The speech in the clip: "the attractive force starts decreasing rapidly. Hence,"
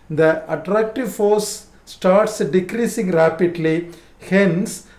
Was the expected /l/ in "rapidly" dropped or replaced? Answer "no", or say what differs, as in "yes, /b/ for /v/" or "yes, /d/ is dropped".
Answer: no